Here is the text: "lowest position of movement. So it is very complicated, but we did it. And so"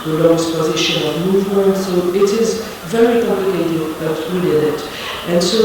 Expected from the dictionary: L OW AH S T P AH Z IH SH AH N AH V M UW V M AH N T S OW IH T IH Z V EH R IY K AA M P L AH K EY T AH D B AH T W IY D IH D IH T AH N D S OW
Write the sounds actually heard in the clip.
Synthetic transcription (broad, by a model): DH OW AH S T P AH Z IH SH AH N AH V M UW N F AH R S OW IH T IH Z V EH R IY K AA M P L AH K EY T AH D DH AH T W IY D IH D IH T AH N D S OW